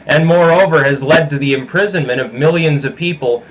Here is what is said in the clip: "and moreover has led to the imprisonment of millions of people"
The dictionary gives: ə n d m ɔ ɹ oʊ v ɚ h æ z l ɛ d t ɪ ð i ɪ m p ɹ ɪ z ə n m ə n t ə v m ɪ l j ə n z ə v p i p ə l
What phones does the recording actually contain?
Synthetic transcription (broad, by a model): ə n m ɔ ɹ oʊ v ɚ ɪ z l ɛ d t ɪ ð i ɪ m p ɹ ɪ z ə n m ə t ə v m ɪ l j ə n z ə v p i p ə l